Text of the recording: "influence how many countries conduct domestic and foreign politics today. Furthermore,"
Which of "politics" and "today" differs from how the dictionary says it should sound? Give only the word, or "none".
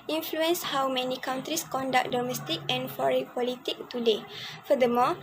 politics